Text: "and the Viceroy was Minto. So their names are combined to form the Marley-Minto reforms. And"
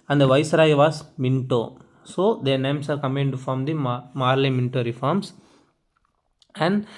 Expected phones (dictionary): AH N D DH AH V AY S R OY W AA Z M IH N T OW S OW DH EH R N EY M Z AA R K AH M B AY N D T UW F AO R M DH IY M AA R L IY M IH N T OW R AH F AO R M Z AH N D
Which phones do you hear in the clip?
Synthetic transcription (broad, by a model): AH N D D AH V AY S R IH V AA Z M IH N T OW S OW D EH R N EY M S AA R K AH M EH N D T UW F AO R M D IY M AA R L IY M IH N T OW R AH F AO R M S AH N D